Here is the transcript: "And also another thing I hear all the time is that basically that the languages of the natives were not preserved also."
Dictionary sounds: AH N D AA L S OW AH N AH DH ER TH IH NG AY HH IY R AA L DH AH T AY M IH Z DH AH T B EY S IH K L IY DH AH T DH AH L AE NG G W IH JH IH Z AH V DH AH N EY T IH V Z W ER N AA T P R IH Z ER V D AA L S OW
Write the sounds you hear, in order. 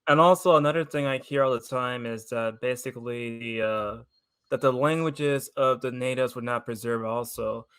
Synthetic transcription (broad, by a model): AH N AA L S OW AH N AH DH ER TH IH NG AY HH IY R AA L DH AH T AY M IH Z DH AH T B EY S IH K L IY DH AH T DH AH L AE NG G W IH JH IH Z AH V DH AH N EY T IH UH Z W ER N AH T P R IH Z ER V AA L S OW